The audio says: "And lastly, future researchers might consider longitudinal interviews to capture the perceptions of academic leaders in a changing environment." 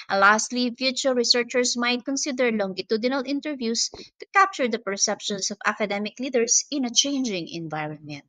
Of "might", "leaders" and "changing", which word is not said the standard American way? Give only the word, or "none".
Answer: leaders